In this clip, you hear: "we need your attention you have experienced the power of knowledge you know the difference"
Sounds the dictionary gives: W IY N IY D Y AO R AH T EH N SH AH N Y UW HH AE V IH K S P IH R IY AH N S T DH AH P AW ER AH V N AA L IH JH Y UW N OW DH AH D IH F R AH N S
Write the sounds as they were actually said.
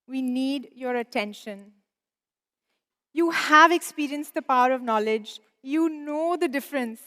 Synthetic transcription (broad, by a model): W IY N IY D Y AO R AH T EH N SH AH N Y UW HH AE V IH K S P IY R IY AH N S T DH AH P AW ER AH V N AA L IH JH Y UW N OW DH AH D IH F R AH N S